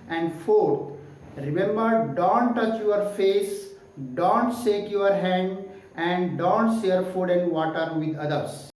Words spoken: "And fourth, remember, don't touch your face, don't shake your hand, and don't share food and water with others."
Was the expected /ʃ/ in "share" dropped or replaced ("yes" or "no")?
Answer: yes